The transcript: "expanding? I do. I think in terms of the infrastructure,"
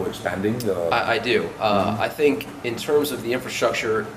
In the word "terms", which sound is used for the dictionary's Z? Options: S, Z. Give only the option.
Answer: Z